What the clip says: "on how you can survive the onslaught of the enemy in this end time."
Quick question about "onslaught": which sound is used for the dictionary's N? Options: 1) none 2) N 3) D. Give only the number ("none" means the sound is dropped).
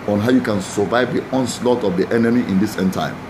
2